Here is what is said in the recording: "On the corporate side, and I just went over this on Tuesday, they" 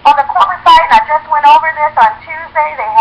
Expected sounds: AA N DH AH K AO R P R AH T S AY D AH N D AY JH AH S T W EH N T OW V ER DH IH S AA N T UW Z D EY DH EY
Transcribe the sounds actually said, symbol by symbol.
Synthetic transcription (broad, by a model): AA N DH AH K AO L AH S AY AH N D AY JH AH S T W EH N T OW V ER DH IH S N T UW Z D EY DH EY